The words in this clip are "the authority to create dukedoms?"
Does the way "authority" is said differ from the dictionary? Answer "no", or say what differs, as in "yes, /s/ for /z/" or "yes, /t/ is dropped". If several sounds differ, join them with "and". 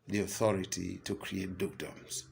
no